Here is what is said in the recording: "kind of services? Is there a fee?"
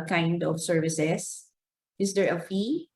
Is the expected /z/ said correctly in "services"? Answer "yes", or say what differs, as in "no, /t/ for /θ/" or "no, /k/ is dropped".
no, /s/ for /z/